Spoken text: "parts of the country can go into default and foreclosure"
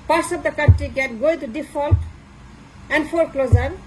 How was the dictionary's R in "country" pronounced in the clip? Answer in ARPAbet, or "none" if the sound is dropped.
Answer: none